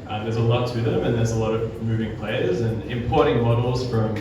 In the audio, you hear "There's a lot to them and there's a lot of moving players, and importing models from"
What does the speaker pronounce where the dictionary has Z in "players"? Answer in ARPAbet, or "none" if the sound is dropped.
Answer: Z